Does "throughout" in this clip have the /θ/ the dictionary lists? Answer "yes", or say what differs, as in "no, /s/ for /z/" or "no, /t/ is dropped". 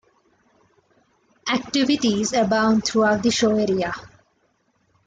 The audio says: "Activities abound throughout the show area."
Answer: no, /t/ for /θ/